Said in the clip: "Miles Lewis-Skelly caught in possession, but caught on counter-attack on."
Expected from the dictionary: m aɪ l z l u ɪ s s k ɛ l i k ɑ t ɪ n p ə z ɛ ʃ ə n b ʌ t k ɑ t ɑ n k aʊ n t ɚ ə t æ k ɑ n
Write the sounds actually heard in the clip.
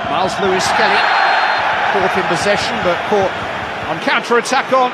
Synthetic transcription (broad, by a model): m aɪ l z l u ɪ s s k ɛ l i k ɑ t ɪ n p ə z ɛ ʃ ə n b ʌ t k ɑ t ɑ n k aʊ n t ɚ ə t æ k n